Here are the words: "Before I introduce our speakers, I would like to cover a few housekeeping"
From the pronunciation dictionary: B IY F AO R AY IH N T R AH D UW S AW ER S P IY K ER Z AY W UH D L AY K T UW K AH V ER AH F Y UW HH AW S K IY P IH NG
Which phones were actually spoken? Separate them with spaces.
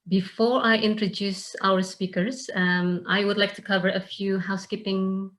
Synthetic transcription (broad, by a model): B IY F AO R AY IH N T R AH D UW S AW ER S P IY K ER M AY W UH D L AY K T UW K AH V ER AH F Y UW HH AW S K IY P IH NG